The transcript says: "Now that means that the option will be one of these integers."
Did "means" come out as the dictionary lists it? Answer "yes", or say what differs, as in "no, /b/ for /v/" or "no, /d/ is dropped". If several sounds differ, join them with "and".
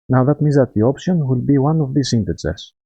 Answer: no, /n/ is dropped